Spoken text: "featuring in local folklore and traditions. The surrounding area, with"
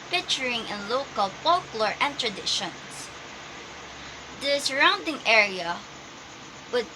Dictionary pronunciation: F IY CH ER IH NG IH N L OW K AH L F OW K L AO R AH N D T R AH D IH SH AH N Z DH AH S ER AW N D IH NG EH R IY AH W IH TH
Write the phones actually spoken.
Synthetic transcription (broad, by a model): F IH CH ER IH NG IH N L OW K AH L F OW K L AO R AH N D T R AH D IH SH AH N S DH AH S ER AW N D IH NG EH R IY AH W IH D